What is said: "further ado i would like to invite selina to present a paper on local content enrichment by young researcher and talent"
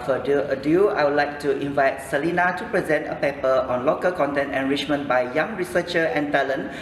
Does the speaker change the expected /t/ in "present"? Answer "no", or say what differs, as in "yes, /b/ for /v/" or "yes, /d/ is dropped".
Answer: no